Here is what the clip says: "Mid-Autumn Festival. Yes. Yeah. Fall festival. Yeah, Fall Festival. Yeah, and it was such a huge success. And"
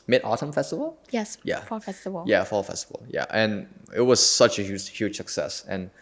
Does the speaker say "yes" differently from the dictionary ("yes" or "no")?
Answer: no